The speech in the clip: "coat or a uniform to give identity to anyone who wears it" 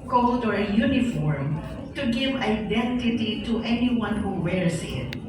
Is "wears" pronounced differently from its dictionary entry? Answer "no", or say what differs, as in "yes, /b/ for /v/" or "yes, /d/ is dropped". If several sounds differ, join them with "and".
yes, /s/ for /z/